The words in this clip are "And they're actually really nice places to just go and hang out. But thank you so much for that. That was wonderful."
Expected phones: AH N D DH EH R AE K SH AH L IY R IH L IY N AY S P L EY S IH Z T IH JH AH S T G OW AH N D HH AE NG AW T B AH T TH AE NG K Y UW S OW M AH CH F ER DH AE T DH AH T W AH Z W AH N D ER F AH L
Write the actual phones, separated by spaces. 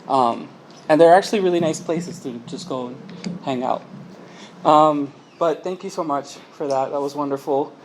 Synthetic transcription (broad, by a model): AH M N DH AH R AE K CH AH L IY R IH L IY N AY S P L EY S IH Z T IH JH AH S G OW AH N HH AE NG AW T B AH T TH AE NG K Y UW S OW M AH CH F ER DH AE T DH AH T W AH Z W AH N D ER F L